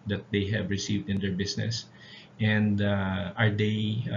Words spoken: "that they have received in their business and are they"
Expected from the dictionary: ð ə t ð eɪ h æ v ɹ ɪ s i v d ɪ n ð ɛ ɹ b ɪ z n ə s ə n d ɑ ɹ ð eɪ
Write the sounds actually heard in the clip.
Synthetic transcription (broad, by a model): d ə t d eɪ h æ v ɹ ɪ s i v d ɪ n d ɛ ɹ b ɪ s n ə s ə n d ɑ ɹ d eɪ